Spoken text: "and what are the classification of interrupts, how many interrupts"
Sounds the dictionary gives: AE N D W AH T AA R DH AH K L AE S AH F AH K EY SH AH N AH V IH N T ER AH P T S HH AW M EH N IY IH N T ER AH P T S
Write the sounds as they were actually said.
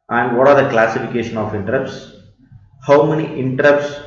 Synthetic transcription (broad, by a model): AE N D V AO T AA R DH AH K L AE S AH F AH K EY SH AH N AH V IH N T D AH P S HH AW M EH N IY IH N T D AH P S